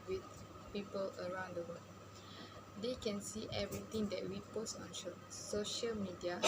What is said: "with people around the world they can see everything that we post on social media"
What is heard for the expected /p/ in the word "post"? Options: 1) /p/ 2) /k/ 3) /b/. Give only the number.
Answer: 1